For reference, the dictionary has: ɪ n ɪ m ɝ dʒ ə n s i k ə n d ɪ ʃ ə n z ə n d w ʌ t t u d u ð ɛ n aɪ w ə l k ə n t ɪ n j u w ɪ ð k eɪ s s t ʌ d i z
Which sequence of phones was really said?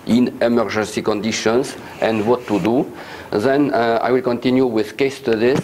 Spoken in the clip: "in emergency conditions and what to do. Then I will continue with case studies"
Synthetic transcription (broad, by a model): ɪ n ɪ m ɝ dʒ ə n s i k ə n d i ʃ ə n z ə n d w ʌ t t u d u ð ɛ n aɪ w ə l k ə n t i n j u w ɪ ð k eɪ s s t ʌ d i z